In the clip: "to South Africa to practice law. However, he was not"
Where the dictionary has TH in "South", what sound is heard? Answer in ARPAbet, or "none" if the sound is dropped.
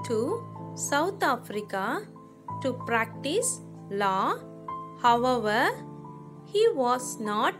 T